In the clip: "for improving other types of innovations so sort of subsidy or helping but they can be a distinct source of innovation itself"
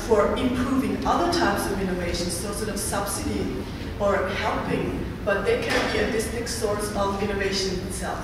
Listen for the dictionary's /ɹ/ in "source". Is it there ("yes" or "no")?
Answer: yes